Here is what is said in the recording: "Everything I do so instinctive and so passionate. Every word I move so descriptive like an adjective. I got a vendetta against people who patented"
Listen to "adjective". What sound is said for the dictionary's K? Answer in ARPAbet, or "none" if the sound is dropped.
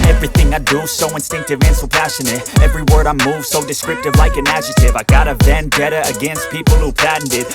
none